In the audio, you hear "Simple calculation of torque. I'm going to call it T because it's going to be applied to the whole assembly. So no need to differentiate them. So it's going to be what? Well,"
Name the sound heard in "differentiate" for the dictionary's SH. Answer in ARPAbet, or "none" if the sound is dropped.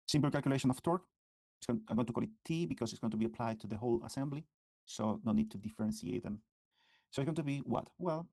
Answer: S